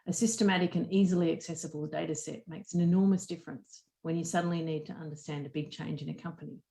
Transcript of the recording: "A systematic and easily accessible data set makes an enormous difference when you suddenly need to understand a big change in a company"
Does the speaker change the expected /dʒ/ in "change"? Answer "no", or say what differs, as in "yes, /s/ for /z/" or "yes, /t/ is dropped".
no